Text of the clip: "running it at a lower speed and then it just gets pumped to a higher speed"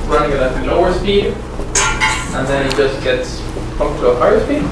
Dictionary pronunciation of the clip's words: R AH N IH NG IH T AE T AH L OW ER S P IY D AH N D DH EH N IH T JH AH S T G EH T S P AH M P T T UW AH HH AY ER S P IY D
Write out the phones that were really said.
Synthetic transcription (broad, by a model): R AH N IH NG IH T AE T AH L OW ER S P IY D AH N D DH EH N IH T JH AH S T G EH T S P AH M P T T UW AH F AY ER S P IY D